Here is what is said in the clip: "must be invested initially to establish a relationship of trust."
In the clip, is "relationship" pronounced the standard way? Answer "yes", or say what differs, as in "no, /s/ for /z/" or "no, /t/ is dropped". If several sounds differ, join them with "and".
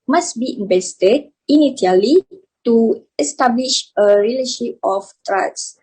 no, /n/ is dropped